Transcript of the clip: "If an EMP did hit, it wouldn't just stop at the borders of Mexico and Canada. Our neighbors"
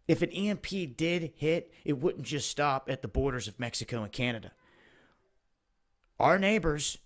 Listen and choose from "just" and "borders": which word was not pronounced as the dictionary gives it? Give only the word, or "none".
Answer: none